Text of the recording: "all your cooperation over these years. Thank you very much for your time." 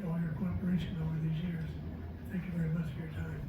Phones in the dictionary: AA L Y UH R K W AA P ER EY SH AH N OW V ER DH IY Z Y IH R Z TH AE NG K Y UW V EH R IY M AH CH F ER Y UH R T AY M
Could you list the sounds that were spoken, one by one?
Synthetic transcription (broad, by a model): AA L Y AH R K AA P ER EY SH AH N OW V ER DH IY Z Y IH R Z TH AE NG K Y UW V EH R IY M AH CH F ER Y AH R T AY M